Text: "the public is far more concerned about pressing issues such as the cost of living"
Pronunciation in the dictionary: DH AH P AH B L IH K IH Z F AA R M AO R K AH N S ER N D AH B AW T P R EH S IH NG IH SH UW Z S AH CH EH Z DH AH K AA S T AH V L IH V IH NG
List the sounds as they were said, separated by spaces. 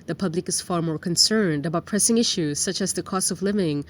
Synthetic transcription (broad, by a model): DH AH P AH B L IH K IH Z F AA R M AO R K AH N S ER N D AH B AW T P R EH S IH NG IH SH UW Z S AH CH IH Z DH AH K AA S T AH V L IH V IH NG